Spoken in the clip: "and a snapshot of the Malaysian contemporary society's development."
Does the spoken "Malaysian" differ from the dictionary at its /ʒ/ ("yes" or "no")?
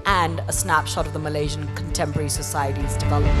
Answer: no